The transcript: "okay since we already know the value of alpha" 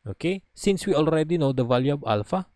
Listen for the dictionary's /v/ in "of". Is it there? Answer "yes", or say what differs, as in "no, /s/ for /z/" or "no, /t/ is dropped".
no, /b/ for /v/